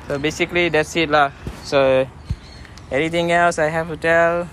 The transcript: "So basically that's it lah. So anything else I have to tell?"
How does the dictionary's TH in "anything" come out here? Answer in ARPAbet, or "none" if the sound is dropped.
T